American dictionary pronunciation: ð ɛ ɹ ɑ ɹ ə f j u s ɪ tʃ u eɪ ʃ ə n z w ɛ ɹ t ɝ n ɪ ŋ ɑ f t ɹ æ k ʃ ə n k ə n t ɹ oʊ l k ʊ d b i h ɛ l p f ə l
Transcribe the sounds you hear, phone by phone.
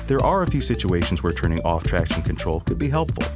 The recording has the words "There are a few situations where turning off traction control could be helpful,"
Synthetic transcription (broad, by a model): ð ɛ ɹ ɑ ɹ ə f j u s ɪ tʃ u eɪ ʃ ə n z w ɛ ɹ t ɝ n ɪ ŋ ɑ f t ɹ æ k ʃ ə n k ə n t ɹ oʊ l k ʊ d b i h ɛ l p f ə l